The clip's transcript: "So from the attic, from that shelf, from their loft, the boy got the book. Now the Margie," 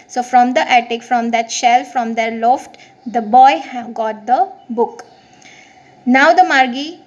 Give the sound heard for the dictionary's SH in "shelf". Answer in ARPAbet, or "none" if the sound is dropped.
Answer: SH